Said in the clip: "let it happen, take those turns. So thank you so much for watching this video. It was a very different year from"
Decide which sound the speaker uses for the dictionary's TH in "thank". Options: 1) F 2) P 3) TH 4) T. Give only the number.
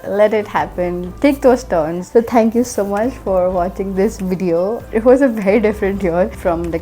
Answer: 4